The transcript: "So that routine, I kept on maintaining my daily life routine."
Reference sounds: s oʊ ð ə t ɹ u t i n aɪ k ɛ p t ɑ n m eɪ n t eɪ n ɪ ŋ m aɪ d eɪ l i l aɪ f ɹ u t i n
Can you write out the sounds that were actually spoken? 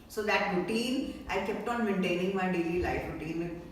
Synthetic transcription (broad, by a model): s oʊ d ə t ɹ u t i n aɪ k ɛ p t ɑ n m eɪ n t eɪ n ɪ ŋ m aɪ d eɪ l i l aɪ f ɹ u t i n